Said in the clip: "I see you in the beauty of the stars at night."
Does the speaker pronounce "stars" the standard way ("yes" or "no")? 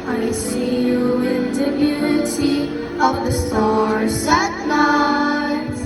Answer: no